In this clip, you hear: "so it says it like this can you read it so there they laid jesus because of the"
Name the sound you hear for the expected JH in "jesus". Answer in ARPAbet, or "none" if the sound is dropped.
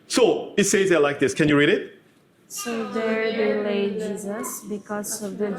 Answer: JH